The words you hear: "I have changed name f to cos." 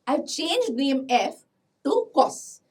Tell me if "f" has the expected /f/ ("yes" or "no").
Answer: yes